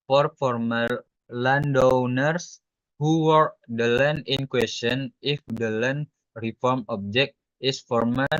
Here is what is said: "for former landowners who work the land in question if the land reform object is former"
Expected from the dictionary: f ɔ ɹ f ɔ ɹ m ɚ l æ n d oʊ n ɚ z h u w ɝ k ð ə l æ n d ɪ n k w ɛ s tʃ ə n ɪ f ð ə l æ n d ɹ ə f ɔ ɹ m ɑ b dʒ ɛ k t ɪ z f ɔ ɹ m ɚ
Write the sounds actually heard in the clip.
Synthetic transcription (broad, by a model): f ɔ ɹ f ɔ ɹ m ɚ l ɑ n d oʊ n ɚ s h u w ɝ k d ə l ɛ n ɪ n k w ɛ s tʃ ə n ɪ f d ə l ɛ n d ɹ ə f ɔ ɹ m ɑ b dʒ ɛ k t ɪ s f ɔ ɹ m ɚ